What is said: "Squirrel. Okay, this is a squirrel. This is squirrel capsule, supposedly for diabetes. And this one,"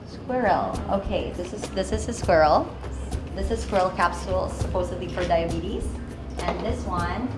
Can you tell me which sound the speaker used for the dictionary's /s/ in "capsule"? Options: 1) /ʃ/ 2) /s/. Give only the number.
2